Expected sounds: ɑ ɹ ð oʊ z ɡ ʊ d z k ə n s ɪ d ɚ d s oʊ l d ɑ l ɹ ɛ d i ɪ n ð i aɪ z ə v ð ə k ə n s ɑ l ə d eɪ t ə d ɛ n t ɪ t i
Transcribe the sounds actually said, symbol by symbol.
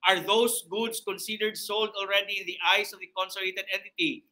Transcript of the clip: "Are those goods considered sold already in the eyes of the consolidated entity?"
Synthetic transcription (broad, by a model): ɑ ɹ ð oʊ s ɡ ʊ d s k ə n s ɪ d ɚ d s oʊ l d ɑ l ɹ ɛ d i ɪ n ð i aɪ s ə v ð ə k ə n s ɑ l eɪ t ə d ɛ n t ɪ t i